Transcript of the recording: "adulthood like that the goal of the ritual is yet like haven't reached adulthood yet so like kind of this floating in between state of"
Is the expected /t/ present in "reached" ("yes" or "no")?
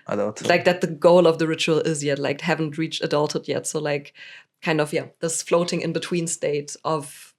yes